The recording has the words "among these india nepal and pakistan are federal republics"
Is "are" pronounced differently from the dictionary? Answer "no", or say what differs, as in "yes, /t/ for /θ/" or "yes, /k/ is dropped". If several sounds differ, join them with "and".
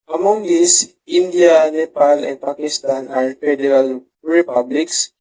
no